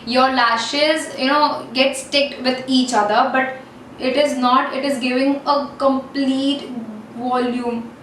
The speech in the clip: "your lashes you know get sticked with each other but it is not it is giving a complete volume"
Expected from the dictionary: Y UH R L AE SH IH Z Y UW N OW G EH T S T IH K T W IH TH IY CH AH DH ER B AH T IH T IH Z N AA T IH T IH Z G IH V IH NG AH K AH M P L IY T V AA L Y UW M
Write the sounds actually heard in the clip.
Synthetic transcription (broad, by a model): Y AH R L AE SH IH Z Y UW N OW G EH T S T IH K T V IH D IY CH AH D ER B AH T IH T IH Z N AA T IH T IH Z G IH V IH NG AH K AH M P L IY T V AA L Y UW M